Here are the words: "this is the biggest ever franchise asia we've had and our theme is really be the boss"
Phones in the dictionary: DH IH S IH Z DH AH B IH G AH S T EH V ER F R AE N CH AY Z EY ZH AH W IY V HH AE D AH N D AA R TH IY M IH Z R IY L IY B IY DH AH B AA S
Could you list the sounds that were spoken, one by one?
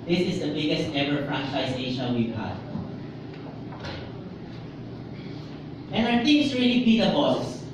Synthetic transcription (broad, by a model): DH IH S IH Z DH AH B IH G AH S T EH V ER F R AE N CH AY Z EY SH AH W IY V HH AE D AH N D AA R T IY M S R IY L IY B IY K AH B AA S